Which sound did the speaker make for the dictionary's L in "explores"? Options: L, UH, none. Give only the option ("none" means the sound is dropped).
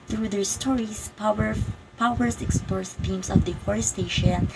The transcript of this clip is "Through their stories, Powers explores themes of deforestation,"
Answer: none